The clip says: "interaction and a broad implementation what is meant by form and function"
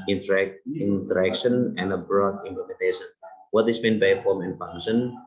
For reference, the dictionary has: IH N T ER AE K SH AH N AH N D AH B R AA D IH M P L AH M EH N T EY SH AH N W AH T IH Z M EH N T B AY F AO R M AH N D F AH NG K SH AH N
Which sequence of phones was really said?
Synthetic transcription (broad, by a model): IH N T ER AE K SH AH N AH N D AH B R AA D IH M P L AH M EH N T EY SH AH N W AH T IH S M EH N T B AY F AO R M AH N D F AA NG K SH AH N